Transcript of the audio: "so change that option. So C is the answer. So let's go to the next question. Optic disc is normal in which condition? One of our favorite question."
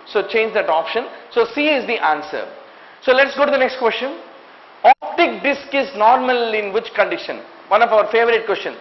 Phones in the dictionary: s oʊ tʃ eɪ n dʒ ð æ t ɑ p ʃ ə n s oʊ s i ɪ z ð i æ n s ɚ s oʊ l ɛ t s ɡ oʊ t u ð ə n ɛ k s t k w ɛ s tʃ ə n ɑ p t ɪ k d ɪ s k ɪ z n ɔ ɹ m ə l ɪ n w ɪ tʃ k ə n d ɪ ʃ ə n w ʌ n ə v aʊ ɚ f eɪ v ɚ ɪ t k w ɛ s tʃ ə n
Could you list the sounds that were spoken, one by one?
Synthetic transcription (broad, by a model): s oʊ tʃ eɪ n dʒ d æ t ɑ p ʃ ə n s oʊ s i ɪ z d i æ n s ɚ s oʊ l ɛ t s ɡ oʊ t u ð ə n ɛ k s t k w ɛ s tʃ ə n ɑ p t ɪ k d ɪ s k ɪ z n ɔ ɹ m ə l ɪ n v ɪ tʃ k ə n d ɪ ʃ ə n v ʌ n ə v aʊ ɚ f eɪ v ɚ ɪ t k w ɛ s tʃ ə n